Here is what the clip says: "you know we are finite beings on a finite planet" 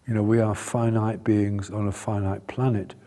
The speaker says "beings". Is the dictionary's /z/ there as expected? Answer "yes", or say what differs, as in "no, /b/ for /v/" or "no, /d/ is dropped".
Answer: yes